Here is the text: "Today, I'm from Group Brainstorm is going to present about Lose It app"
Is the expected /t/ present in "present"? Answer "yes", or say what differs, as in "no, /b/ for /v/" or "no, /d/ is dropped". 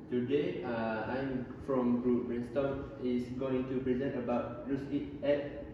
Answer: no, /t/ is dropped